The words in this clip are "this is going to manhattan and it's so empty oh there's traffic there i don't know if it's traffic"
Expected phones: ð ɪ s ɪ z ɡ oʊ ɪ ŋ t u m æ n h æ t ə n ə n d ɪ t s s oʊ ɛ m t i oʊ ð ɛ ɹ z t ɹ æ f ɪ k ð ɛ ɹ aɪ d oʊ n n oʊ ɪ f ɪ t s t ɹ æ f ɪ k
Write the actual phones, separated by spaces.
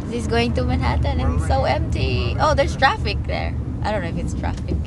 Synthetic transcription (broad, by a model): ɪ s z ɡ oʊ ɪ ŋ t u m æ n h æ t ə n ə n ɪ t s s oʊ ɛ m t i oʊ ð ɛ ɹ s t ɹ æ f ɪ k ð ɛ ɹ aɪ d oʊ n n oʊ ɪ f ɪ t s t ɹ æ f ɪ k